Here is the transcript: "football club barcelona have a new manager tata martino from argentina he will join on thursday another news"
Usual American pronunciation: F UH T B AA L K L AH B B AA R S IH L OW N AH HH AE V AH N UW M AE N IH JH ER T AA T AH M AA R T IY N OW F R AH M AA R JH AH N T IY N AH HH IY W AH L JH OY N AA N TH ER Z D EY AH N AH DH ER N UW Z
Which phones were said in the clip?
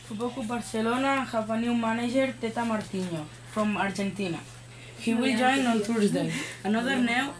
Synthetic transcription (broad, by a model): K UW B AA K UW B B AA R S IH L OW N AH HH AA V AH N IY M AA N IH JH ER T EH T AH M AA R T IY N OW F R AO M AA R JH AH N T IY N AH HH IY W AH L JH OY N AA N T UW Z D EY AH N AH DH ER N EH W